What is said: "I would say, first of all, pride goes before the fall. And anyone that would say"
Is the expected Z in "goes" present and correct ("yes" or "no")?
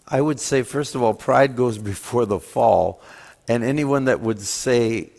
yes